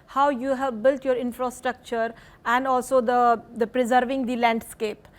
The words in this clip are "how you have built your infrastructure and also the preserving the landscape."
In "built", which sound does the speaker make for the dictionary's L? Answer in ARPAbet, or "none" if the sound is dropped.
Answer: L